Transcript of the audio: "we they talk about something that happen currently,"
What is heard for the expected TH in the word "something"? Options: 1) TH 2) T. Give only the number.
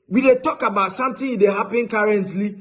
2